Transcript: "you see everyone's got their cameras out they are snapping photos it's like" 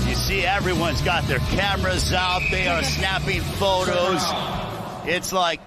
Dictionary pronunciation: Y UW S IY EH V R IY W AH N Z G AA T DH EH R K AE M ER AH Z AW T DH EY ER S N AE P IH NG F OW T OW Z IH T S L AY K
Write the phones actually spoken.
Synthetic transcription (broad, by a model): Y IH S IY EH V R IY W AH N Z G AA T DH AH R K AE M ER AH Z AW T DH EY ER S N AE P IH NG F OW T OW Z IH T S L AY K